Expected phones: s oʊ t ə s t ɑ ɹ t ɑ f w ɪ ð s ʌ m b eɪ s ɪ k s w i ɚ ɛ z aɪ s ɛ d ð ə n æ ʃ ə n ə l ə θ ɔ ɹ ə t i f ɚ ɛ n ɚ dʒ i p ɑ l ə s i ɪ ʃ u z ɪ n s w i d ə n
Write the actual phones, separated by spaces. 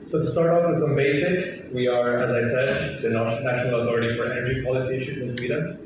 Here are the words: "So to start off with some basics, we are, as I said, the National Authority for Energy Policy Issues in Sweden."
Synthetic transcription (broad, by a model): s oʊ t ə s t ɑ ɹ t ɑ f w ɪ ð s ʌ m b eɪ s ɪ k s w i ɚ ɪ z aɪ s ɛ d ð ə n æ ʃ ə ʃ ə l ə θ ɔ ɹ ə t i f ɚ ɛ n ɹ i p ɑ l ə s i ɪ ʃ u z ɪ n s w i d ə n